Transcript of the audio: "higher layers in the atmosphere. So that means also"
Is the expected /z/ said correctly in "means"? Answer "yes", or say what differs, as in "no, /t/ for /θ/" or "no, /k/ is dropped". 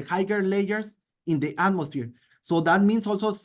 no, /s/ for /z/